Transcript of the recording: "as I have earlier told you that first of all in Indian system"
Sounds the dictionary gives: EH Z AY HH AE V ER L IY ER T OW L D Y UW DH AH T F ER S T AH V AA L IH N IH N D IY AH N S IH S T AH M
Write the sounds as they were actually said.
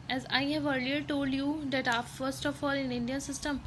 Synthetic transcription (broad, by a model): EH Z AY HH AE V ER L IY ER T OW L D Y UW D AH T F ER S T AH F AA L IH N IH N D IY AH N S IH S T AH M